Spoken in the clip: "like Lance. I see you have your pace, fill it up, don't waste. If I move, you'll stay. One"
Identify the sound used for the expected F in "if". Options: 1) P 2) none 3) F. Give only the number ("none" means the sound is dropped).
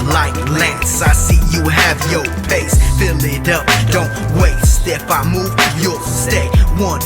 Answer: 1